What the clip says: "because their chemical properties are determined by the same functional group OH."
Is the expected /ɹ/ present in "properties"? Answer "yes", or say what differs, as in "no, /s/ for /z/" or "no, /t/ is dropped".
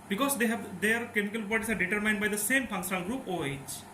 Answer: no, /ɹ/ is dropped